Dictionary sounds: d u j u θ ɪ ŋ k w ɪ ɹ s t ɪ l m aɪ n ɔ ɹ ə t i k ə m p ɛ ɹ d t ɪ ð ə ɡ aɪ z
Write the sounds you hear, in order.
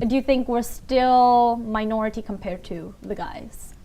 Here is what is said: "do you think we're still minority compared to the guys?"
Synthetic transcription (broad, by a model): d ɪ j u θ ɪ ŋ k w ɪ ɹ s t ɪ l m aɪ n ɔ ɹ ə t i k ə m p ɛ ɹ d t ɪ ð ə ɡ aɪ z